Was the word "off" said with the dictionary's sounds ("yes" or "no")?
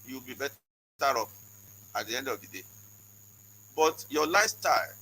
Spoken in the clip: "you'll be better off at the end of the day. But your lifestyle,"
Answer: no